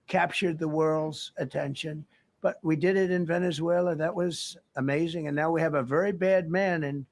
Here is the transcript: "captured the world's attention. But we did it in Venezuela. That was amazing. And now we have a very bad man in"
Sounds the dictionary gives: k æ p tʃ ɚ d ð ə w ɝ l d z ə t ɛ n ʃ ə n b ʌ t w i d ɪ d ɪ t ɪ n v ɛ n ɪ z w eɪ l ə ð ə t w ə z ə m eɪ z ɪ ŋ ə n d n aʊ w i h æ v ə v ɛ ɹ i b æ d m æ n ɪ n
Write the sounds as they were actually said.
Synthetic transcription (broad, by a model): k æ p tʃ ɚ d ð ə w ɝ l d z ə t ɛ n ʃ ə n b ʌ t w i d ɪ d ɪ t ɪ n v ɛ n ɪ z w eɪ l ə ð ə t w ə z ə m eɪ z ɪ ŋ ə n n aʊ w i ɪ v ə v ɛ ɹ i b æ d m æ n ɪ n